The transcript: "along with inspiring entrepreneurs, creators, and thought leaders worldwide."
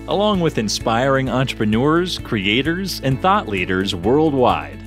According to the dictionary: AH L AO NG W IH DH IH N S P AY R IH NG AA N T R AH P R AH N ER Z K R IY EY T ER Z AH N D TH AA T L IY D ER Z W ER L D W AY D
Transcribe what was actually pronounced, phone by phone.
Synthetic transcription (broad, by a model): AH L AO NG W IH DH IH N S P AY R IH NG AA N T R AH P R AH N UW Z K R IY EY T ER Z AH N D TH AA T L IY D ER Z W ER L D W AY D